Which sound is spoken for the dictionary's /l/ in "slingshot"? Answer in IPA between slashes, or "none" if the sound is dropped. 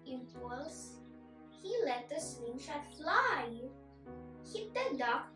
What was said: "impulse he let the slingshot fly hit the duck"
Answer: /w/